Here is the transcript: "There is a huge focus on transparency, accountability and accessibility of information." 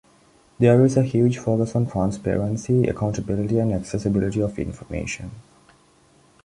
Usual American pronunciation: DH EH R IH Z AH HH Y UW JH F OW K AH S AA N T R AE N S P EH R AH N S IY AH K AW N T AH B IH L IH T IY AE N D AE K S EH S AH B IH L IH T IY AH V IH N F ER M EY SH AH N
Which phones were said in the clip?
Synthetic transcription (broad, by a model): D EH R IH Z AH HH Y UW JH F OW K AH S AA N T R AE N S P EH R AH N S IY AH K AW N T AH B IH L IH T IY AE N D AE K S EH S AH B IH L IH T IY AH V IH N F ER M EY SH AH N